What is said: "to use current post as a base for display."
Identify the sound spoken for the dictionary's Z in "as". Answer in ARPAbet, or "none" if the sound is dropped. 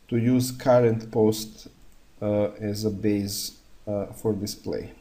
Z